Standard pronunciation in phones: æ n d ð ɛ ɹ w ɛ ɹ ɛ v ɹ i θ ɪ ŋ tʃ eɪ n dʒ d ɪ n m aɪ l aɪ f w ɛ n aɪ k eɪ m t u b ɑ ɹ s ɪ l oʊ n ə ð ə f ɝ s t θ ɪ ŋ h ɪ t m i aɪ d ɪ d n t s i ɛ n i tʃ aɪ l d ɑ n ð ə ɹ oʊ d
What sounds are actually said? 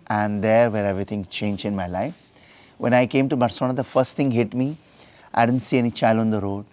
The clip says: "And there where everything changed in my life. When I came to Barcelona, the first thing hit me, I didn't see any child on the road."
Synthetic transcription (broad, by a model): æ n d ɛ ɹ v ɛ ɹ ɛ v ɹ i t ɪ ŋ tʃ eɪ n dʒ ɪ n m aɪ l aɪ f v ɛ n aɪ k eɪ m t u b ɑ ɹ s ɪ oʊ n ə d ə f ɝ s t t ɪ ŋ h ɪ t m i aɪ d ɪ d n t s i ɛ n i tʃ aɪ l ɑ n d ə ɹ oʊ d